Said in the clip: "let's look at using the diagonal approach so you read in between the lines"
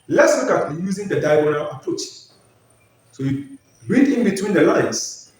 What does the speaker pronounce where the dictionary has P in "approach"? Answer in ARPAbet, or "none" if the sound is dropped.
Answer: P